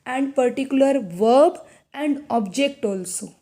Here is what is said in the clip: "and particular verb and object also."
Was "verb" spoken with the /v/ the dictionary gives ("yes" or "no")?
yes